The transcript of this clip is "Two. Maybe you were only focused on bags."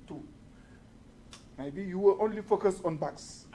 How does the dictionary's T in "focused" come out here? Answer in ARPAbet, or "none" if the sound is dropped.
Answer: none